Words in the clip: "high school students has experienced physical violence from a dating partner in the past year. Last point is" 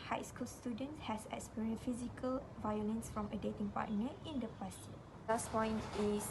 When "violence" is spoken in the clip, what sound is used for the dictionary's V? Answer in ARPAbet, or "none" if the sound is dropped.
V